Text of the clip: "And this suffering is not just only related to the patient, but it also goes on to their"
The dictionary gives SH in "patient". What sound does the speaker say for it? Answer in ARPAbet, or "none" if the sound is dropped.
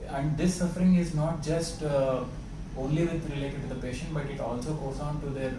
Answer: SH